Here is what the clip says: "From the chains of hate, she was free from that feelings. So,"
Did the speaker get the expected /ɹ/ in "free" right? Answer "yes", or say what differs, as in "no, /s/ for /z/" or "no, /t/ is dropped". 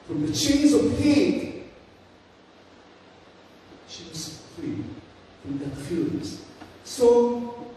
no, /ɹ/ is dropped